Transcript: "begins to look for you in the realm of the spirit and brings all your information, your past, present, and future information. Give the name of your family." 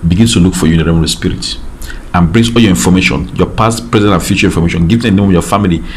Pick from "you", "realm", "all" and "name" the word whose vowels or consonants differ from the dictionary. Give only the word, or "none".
realm